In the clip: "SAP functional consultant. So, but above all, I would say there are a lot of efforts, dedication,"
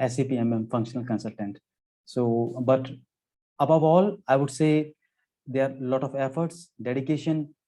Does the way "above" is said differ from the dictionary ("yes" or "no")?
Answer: no